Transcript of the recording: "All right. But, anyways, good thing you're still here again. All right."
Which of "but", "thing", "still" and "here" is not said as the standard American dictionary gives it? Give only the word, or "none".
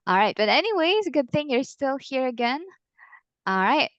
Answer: none